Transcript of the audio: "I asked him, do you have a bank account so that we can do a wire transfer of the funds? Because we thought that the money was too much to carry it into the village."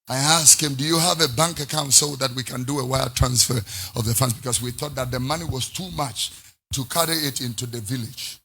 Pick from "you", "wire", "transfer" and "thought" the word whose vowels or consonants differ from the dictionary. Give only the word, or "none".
none